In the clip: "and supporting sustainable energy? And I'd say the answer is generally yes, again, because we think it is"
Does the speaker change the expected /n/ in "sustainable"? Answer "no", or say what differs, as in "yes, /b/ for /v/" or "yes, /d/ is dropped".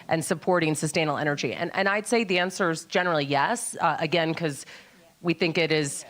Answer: yes, /n/ is dropped